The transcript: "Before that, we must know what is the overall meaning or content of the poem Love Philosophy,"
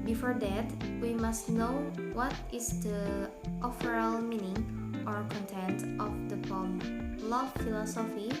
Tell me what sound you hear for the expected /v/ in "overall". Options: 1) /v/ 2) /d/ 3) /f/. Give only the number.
3